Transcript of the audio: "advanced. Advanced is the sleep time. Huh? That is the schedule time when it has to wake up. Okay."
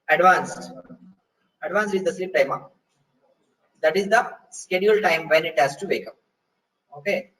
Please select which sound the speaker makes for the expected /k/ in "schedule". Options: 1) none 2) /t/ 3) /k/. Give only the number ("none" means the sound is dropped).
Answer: 3